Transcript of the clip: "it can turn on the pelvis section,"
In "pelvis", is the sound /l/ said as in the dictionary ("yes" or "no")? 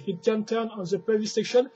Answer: no